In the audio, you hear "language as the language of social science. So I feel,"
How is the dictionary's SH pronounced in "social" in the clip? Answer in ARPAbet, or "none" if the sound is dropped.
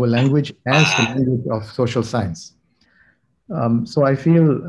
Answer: SH